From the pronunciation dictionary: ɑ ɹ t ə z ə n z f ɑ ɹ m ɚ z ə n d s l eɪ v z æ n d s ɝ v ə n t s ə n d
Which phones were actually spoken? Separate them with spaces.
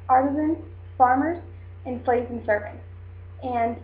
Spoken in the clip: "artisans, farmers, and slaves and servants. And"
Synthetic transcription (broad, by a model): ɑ ɹ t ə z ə n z f ɑ ɹ m ɚ z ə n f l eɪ z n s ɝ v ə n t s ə n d